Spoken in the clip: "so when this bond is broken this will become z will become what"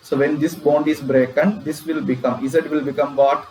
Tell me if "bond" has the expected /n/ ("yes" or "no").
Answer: yes